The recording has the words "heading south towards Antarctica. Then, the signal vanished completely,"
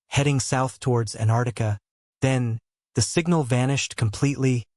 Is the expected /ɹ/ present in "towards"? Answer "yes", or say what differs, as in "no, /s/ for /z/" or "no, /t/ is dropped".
yes